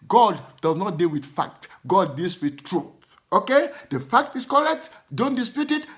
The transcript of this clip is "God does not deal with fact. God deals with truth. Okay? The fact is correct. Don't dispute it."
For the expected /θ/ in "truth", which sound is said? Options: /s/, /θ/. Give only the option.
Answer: /s/